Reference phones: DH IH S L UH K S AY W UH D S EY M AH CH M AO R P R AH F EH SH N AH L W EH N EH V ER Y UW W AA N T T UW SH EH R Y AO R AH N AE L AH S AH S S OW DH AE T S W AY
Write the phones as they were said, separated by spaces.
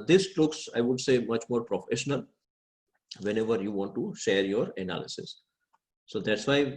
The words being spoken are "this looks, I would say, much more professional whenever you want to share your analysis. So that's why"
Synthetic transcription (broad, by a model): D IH S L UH K S AY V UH D S EY M AH CH M AO R P R AH F EH SH N AH L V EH N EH V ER Y UW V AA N T T UW SH EH R Y AO R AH N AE L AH S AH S S OW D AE T S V AY